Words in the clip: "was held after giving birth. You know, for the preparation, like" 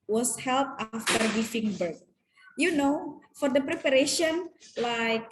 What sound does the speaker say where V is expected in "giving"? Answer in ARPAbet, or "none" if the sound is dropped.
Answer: F